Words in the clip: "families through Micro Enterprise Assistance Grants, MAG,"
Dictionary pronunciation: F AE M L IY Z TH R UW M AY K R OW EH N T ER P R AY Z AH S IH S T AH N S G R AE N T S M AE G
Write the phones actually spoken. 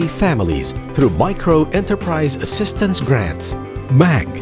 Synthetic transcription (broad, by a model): F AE M L IY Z TH R UW M AY K R OW EH N T ER P R AY Z AH S IH S T AH N S G R AE N T S M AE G